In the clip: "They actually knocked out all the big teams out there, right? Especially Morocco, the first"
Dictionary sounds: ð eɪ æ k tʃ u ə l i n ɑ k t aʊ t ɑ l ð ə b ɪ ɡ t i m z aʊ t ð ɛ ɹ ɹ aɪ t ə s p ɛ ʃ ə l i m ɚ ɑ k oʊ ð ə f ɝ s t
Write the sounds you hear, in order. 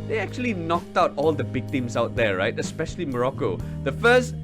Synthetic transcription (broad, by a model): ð eɪ æ k tʃ u ə l i n ɑ k t aʊ t ɑ l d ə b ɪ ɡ t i m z aʊ t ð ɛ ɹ ɹ aɪ t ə s p ɛ ʃ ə l i m ɚ ɑ k oʊ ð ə f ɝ s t